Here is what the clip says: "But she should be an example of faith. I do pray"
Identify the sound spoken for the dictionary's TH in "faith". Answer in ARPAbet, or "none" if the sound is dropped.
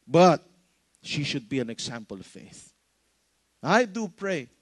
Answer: TH